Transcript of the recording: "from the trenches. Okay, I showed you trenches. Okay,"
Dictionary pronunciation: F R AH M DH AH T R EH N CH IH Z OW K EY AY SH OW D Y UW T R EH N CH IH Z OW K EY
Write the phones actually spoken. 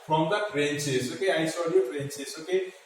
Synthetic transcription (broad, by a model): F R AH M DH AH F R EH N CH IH S OW K EY AY S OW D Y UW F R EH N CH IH S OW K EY